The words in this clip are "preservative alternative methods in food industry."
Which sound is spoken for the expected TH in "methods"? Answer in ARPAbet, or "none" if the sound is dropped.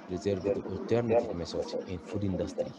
S